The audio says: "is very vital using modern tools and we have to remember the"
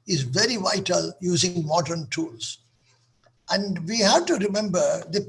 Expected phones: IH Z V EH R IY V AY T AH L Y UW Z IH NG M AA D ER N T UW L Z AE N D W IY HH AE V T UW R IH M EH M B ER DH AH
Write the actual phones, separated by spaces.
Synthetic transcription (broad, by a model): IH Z V EH R IY V AY T AH L Y UW Z IH NG M AA D ER N T UW L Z AE N D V IY HH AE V T UW R IH M EH M B ER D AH